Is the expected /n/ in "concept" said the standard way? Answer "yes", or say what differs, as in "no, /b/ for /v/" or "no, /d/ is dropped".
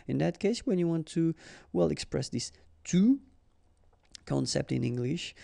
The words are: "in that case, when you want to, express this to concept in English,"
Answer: yes